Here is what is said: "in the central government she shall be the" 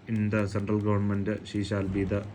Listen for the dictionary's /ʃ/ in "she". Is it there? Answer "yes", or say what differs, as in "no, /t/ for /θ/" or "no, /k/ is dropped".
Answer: yes